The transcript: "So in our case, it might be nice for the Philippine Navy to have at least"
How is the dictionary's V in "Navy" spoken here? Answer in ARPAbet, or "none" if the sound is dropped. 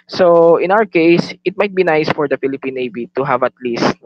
B